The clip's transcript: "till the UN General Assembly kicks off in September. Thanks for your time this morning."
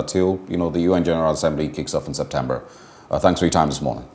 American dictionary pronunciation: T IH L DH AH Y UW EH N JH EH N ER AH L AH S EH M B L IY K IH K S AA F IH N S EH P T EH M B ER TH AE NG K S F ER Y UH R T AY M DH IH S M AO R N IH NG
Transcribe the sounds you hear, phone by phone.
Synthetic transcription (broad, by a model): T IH L DH AH Y UW EH N JH EH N ER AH L AH S EH M B L IY K IH K S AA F N S EH P T EH M B ER TH AE NG K S F ER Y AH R T AY M DH IH S M AO R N IH NG